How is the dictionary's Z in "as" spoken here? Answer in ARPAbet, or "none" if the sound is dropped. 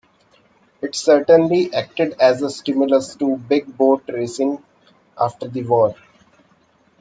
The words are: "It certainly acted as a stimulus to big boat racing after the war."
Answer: Z